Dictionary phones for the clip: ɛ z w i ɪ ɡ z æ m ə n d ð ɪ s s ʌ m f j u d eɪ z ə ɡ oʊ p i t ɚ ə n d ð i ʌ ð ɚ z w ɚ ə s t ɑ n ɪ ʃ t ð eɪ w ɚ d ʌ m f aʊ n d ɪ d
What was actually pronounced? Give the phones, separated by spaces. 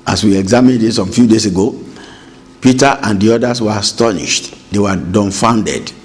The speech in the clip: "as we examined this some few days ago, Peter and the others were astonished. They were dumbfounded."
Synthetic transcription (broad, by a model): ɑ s w i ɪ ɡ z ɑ m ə n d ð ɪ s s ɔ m f j u d eɪ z ə ɡ oʊ p i t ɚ ə n d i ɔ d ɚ s w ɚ ə s t ɑ n ɪ ʃ t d eɪ w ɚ d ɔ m f aʊ n d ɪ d